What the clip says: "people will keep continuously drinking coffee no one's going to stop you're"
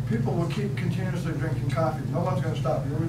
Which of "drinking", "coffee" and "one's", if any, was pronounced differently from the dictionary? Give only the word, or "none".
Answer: none